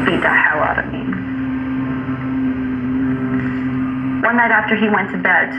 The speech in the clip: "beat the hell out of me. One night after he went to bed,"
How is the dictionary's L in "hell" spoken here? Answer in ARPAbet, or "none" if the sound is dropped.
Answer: W